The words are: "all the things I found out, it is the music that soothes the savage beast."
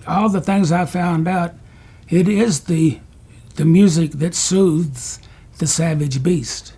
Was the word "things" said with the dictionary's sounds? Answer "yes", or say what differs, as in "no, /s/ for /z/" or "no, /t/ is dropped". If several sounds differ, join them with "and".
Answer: yes